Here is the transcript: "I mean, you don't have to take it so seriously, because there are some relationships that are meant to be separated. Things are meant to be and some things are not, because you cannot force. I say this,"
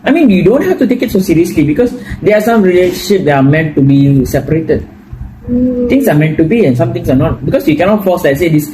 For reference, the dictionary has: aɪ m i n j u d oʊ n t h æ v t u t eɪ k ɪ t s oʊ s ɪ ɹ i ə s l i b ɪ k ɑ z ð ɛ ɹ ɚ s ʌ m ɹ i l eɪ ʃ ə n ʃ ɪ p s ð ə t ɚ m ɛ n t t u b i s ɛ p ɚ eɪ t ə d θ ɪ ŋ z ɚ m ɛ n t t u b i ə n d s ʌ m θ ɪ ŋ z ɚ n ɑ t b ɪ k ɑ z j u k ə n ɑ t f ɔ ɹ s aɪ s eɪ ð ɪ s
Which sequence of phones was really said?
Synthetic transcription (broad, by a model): aɪ m i n j u d oʊ n t h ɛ f t u t eɪ k ɪ t s oʊ s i ɹ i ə s l i b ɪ k ɑ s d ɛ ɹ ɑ s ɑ m ɹ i l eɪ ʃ ə n ʃ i p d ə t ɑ m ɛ n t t u b i s ɛ p ɚ eɪ t ə d t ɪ ŋ s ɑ m ɛ n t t u b i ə n s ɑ m t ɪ ŋ s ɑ n ɑ t b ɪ k ɑ s j u k ə n ɑ t f ɔ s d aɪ s eɪ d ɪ s